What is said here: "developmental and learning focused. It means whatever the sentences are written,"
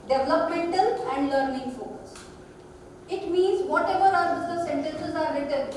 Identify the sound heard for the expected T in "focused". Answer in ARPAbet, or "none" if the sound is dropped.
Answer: none